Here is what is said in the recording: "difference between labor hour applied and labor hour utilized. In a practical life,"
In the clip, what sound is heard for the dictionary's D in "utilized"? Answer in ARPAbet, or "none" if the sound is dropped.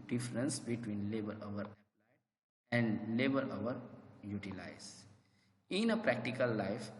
none